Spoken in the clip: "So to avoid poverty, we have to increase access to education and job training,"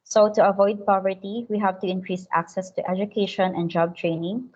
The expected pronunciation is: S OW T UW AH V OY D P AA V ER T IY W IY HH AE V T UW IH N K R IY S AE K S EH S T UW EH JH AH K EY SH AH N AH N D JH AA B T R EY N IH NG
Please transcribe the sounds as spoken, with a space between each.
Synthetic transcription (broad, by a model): S OW T UW AH V OY D P AA V ER T IY W IY HH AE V T UW IH N K R IY S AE K S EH S T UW EH JH AH K EY SH AH N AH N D JH AA B T R EY N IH NG